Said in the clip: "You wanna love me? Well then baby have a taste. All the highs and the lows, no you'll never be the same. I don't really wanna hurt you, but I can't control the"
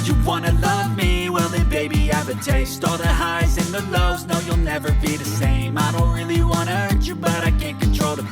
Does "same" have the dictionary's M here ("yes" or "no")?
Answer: yes